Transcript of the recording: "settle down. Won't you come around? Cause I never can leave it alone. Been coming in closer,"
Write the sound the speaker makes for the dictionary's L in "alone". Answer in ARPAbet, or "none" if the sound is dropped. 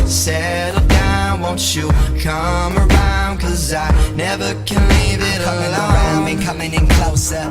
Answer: none